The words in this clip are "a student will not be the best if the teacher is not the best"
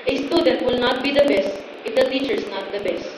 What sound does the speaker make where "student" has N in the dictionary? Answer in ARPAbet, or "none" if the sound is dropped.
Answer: none